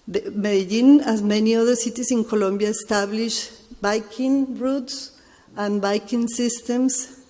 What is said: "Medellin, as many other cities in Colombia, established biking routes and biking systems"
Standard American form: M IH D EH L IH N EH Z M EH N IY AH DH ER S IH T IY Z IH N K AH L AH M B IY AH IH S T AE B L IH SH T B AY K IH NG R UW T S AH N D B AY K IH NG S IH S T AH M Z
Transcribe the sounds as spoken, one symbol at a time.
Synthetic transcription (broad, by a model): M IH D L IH N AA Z M EH N IY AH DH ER S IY T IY S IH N K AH L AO M B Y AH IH S T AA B L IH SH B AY K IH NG R UW T S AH N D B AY K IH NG S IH S T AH M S